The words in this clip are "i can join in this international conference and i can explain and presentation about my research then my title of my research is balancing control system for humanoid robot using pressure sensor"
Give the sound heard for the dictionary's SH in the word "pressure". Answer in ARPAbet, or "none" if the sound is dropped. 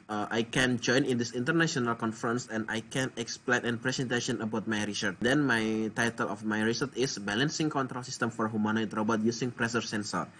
S